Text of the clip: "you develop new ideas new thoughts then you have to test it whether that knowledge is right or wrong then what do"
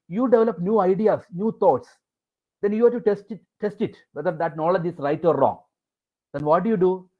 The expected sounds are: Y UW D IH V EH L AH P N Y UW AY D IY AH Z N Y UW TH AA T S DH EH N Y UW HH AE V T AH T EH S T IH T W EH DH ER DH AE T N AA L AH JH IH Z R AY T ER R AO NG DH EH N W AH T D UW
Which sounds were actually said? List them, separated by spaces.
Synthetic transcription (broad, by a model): Y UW D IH V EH L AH P N Y UW AY D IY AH S N Y UW T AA T S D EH N Y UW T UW T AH T EH S T IH T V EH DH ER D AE T N AA L AH JH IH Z R AY T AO R AO NG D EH N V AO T D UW